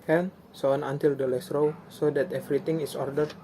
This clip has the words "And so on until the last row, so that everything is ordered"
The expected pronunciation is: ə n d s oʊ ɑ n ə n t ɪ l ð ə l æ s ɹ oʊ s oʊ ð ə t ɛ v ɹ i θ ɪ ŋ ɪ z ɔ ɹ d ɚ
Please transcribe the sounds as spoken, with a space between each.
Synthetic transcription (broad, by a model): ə n s oʊ ɑ n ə n t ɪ l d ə l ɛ s ɹ oʊ s oʊ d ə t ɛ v ɹ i t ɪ ŋ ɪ s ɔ ɹ d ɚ